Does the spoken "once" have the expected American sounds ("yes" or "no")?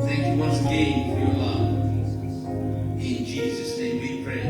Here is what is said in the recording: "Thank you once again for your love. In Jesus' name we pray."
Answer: no